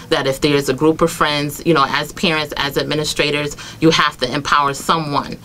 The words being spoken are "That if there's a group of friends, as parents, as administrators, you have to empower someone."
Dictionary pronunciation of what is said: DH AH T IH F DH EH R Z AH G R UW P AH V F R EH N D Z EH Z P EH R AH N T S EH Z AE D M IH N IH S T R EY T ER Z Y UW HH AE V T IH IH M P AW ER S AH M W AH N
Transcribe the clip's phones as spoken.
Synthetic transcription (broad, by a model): DH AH T IH F DH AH R Z AH G R UW P AH V F R EH N D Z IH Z P EH R AH N T S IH Z AE D M IH N IH S T R EY T ER Z Y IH HH AE F T IH IH M P AW ER S AH M W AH N